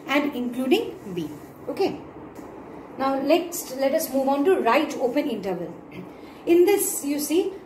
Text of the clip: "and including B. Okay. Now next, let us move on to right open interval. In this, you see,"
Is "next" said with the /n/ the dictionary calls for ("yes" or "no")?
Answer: no